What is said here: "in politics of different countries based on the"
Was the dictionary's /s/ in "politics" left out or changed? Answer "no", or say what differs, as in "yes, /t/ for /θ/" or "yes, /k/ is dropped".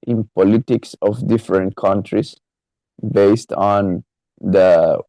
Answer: no